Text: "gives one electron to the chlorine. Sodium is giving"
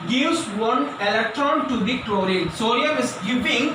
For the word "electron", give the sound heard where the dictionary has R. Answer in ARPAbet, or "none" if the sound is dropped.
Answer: R